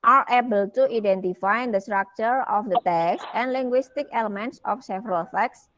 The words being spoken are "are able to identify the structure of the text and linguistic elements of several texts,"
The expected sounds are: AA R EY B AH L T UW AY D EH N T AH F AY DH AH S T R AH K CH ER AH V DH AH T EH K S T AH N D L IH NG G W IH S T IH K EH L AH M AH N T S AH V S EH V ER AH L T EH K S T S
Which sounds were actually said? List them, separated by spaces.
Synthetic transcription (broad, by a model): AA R EY B AH L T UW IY D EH N T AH F AY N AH S T R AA K CH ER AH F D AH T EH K S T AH N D L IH NG G W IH S T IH K EH L AH M AH N T S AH F S EH V ER AH L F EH K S S